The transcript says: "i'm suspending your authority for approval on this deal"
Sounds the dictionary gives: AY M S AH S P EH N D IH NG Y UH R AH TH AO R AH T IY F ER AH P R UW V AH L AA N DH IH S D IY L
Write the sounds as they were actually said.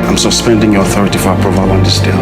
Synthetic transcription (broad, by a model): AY M S AH S P EH N D IH NG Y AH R AH TH AO R AH T IY F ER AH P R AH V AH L AA N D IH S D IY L